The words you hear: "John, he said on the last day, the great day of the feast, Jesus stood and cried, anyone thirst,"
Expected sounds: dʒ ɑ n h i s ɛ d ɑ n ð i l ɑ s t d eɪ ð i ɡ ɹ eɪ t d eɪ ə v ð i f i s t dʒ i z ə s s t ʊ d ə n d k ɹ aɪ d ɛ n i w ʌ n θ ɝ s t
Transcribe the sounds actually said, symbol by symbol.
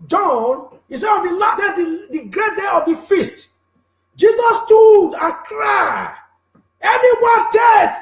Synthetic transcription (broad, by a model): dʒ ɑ n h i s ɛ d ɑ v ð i l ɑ t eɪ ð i ɡ ɹ eɪ t d eɪ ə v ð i f i s t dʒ i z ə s s t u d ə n k ɹ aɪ ɛ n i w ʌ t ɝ s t